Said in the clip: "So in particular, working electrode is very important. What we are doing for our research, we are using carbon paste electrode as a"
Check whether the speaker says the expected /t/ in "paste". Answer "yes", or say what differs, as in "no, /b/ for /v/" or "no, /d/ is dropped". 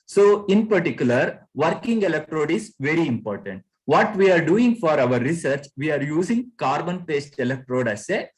yes